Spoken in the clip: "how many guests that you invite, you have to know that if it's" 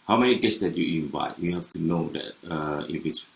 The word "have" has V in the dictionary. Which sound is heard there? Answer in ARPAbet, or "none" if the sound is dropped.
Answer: F